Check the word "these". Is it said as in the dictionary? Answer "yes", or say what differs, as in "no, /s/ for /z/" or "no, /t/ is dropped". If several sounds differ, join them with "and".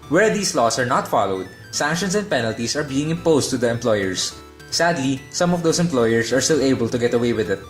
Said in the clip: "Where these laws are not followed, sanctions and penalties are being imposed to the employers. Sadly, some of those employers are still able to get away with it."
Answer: no, /s/ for /z/